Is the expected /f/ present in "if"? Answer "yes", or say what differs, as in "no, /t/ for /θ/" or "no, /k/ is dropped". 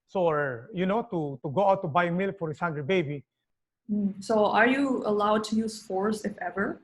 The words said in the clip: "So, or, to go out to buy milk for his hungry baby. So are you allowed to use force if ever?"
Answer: yes